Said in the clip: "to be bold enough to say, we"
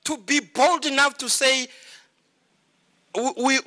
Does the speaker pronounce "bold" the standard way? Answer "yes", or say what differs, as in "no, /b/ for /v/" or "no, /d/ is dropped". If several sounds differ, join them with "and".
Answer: yes